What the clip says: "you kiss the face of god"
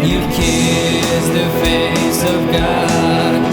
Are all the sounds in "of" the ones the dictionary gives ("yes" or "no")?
yes